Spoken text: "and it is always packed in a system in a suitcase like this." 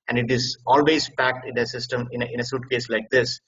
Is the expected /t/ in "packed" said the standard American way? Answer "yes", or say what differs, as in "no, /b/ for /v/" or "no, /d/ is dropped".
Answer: yes